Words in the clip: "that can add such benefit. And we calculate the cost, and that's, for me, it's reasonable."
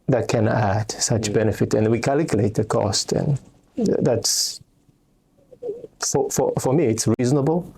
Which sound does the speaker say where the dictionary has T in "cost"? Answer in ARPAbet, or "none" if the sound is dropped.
T